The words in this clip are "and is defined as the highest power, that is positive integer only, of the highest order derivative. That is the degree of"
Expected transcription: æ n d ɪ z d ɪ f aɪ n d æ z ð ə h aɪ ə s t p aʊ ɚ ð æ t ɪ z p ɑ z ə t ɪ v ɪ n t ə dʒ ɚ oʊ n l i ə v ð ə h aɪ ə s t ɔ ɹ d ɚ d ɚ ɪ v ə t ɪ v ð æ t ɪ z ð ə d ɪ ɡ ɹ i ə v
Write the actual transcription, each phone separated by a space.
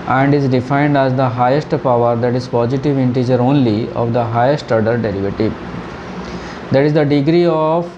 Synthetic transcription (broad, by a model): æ n d ɪ z d ɪ f aɪ n d æ z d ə h aɪ ə s t p aʊ ɚ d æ t ɪ z p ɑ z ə t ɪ v ɪ n t ə dʒ ɚ oʊ n l i ə v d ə h aɪ ə s t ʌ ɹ d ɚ d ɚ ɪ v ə t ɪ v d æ t ɪ z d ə d ɪ ɡ ɹ i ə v